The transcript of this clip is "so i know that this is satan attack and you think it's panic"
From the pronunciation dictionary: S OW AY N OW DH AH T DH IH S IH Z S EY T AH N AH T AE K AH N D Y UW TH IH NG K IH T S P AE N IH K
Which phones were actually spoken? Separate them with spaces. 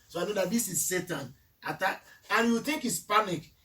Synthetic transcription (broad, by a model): S OW AY N OW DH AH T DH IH S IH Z S EY T AH N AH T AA AH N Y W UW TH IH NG K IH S P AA N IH K